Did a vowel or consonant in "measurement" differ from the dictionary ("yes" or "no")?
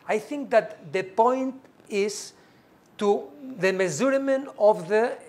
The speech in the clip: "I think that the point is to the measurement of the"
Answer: yes